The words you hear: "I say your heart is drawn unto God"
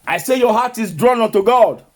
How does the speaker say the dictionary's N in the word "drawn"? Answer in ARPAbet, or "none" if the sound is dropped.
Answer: N